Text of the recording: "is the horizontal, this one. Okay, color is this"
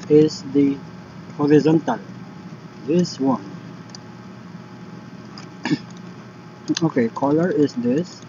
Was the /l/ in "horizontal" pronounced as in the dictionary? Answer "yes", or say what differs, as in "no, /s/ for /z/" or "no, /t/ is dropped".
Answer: yes